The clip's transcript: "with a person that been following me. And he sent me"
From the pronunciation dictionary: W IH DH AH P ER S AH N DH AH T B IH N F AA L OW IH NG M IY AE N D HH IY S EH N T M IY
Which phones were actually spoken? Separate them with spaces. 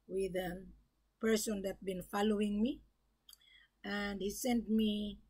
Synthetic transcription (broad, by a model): W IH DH AH P ER S AH N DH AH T B IH N F AA L OW IH NG M IY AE N D HH IY S EH N T M IY